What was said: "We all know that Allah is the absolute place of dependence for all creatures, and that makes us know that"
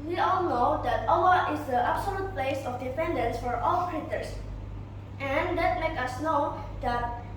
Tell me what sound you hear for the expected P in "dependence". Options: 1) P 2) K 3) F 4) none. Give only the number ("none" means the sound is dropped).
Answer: 3